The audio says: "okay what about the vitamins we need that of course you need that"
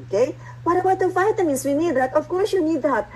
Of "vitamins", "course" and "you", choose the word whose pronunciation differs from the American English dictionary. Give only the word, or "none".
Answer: vitamins